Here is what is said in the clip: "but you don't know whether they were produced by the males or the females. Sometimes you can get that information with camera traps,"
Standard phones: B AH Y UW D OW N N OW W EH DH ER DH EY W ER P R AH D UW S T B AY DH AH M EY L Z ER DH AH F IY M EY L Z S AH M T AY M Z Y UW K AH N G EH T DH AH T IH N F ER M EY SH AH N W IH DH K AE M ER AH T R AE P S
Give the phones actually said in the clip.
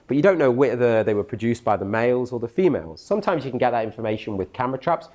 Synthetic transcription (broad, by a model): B AH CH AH D OW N N OW W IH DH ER DH EY W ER P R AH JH UW S B AY DH AH M EY L Z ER DH AH F IY M EY L Z S AH M T AY M Z Y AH K AH N G EH T DH AH T IH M F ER M EY SH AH N W IH DH K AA M ER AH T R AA P S